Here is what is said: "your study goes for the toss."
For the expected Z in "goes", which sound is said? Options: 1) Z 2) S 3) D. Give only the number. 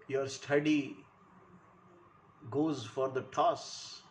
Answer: 1